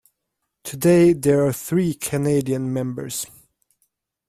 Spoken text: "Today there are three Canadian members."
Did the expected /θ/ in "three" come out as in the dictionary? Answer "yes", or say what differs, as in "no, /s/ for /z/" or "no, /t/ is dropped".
yes